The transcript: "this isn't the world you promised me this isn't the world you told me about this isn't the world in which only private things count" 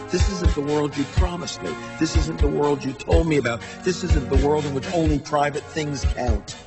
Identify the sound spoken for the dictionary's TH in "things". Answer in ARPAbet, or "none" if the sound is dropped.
TH